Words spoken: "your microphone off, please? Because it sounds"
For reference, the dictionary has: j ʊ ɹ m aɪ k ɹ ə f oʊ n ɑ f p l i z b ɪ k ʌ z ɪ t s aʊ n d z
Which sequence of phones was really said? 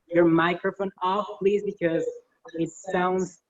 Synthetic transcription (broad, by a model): j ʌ ɹ m aɪ k ɹ ə f oʊ n ɑ f p l i z b ɪ k ʌ z ɪ t s aʊ n d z